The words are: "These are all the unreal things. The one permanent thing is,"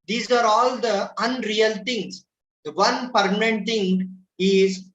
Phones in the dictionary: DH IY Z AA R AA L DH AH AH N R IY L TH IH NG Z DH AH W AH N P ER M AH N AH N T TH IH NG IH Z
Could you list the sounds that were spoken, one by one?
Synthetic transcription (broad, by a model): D IY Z AA R AA L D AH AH N R IY L T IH NG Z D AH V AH N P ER M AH N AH N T T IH NG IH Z